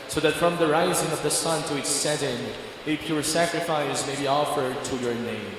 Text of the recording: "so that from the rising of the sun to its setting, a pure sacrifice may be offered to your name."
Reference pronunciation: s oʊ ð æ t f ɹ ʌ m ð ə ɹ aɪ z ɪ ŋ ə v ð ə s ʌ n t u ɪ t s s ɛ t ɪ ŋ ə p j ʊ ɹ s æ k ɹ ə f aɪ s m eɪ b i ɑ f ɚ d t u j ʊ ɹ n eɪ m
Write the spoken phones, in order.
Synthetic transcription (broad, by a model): s oʊ ð æ t f ɹ ʌ m ð ə ɹ aɪ z ɪ ŋ ə v ð ə s ʌ n t u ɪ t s s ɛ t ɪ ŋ ə p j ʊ ɹ s æ k ɹ ə f aɪ s m eɪ b i ɑ f ɚ d t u j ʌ ɹ n eɪ m